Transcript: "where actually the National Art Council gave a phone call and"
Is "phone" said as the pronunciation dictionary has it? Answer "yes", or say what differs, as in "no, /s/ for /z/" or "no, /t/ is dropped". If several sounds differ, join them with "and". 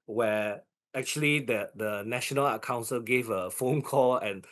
yes